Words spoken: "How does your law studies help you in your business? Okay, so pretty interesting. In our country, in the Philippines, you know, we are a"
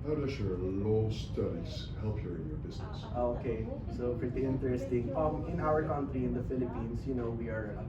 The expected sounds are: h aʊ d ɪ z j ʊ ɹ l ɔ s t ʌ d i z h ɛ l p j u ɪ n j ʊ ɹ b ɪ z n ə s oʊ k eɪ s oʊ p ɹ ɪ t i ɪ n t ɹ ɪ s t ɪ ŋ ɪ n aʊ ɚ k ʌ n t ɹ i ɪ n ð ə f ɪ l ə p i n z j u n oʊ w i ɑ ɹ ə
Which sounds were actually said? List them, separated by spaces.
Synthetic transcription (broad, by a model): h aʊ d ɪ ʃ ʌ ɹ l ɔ s t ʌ d i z h ɛ l p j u ɪ n j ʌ ɹ b ɪ z n ə s oʊ k eɪ s oʊ f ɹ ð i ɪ n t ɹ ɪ s t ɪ ŋ ɪ n aʊ ɚ k ʌ n t ɹ i ɪ n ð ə f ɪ l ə p i n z j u n oʊ w i ɑ ɹ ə